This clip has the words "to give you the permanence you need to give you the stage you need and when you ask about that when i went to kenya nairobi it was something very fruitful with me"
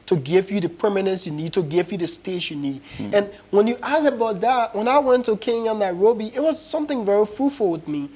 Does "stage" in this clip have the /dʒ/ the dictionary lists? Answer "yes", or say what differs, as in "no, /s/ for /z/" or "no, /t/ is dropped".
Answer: no, /ʃ/ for /dʒ/